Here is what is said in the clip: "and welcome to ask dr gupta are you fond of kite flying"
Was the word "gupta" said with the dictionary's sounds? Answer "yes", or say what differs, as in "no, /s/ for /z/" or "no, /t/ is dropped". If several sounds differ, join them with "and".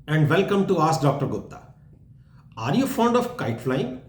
no, /p/ is dropped